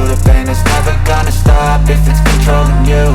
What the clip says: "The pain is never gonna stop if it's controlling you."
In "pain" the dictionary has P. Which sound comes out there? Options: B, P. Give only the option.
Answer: B